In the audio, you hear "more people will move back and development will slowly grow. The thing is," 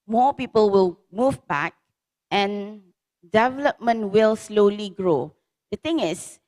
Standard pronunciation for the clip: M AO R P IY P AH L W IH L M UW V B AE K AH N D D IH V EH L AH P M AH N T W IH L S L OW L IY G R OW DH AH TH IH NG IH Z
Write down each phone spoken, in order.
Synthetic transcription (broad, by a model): M AO P IY P AH L W IH L M UW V B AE K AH N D D IH V EH L AH P M AH N T W IH L S L OW L IY G R OW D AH T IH NG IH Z